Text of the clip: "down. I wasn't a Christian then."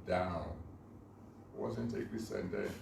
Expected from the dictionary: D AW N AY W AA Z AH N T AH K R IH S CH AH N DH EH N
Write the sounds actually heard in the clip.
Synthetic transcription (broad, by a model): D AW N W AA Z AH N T AH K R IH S AH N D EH